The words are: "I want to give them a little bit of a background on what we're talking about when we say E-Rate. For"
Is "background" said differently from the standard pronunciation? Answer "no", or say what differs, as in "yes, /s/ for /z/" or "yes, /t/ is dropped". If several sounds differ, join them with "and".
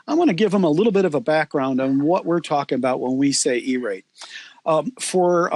no